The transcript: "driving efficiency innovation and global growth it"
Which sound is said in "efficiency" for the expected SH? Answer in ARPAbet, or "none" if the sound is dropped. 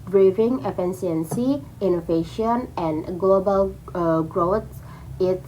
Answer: S